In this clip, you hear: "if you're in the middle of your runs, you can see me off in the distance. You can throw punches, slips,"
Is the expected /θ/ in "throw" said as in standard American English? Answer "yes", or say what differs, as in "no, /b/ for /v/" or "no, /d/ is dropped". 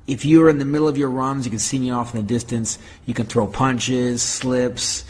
yes